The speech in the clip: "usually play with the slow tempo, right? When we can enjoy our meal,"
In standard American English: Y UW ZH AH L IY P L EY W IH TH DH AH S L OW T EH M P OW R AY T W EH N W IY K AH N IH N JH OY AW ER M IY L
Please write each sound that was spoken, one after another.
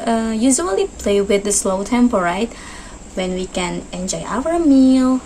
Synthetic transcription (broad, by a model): Y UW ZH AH L IY P L EY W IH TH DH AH S L OW T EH M P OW R AY T W EH N W IY K AH N IH N JH OY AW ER M IY L